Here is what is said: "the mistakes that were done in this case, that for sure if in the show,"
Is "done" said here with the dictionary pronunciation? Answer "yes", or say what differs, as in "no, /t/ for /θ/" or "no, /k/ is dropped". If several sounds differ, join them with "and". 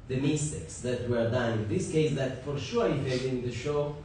no, /n/ is dropped